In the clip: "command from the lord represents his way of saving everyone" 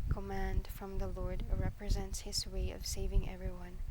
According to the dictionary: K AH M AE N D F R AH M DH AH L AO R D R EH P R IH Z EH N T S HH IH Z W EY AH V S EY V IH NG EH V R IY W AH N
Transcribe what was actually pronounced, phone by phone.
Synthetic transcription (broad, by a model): K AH M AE N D F R AH M DH AH L AO R D R EH P R IH Z EH N T S HH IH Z W EY AH V S EY V IH NG EH V R IY W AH N